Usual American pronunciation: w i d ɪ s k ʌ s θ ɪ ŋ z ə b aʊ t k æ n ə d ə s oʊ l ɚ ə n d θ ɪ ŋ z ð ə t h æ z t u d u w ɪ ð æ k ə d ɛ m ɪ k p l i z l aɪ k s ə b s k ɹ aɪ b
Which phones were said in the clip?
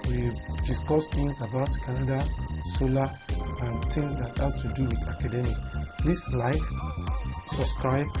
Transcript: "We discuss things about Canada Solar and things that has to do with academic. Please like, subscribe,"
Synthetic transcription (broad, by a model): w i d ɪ s k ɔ s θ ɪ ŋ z ə b aʊ t k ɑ n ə d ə s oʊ l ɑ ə n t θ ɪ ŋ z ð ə t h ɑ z t u d u w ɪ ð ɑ k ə d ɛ m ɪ k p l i s l aɪ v s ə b s k ɹ aɪ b